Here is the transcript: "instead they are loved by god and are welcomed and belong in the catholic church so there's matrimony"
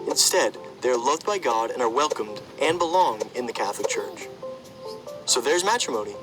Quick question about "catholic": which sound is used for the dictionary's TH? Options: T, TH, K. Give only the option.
TH